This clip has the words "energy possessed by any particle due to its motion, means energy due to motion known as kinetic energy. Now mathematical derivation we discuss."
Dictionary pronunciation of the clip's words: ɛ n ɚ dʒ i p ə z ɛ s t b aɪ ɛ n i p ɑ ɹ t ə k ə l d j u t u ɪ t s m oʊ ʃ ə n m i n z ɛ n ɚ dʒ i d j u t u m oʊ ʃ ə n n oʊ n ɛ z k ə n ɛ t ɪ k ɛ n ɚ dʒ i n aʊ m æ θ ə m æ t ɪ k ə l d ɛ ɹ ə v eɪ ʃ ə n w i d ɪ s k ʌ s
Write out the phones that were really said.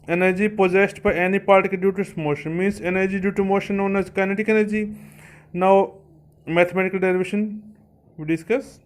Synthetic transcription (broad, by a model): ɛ n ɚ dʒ i p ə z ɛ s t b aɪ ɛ n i p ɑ ɹ t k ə d j u t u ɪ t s m oʊ ʃ ə n m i n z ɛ n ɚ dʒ i d j u t u m oʊ ʃ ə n n oʊ n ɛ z k ə n ɛ t ɪ k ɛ n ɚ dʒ i n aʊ m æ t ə m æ t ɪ k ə l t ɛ l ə v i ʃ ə n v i d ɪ s k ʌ s